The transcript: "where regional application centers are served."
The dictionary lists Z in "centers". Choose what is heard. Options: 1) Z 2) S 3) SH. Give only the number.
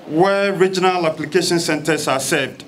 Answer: 2